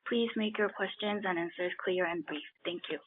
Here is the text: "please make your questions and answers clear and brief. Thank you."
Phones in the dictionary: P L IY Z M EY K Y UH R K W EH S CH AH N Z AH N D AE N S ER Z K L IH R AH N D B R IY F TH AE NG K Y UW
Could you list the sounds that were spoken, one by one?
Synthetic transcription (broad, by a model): P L IY Z M EY K Y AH R K W EH S CH AH N Z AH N AE N S ER Z K L IH R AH N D B R IY F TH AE NG K Y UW